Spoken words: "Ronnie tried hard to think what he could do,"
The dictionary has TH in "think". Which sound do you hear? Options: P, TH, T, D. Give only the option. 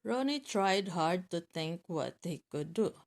T